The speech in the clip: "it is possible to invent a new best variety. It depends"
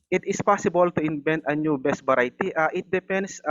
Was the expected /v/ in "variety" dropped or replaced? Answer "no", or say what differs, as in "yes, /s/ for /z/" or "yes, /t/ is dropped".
yes, /b/ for /v/